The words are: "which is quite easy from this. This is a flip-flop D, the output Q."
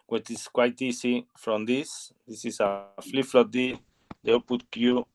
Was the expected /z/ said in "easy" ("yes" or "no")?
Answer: no